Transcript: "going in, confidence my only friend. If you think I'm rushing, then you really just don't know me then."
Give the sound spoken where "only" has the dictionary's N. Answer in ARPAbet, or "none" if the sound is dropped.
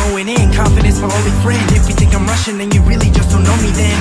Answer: none